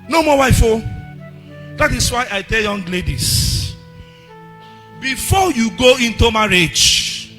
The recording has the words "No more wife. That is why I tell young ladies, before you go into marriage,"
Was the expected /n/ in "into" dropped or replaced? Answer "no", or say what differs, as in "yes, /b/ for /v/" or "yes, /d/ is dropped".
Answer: no